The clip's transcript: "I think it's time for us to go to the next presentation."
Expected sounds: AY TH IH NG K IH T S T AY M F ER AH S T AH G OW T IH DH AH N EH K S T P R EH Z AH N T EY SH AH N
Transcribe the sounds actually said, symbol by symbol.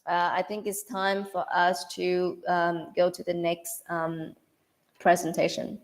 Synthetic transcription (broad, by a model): AY TH IH NG K IH T S T AY M F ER AH S T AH G OW T IH DH AH N EH K S T P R EH Z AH N T EY SH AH N